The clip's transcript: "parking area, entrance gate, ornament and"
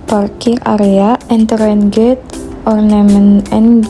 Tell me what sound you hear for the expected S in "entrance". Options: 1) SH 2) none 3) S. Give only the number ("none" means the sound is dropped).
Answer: 2